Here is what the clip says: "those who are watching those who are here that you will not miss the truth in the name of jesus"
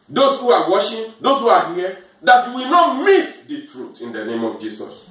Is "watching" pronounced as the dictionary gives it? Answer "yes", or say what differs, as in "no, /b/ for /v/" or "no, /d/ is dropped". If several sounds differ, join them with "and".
no, /ʃ/ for /tʃ/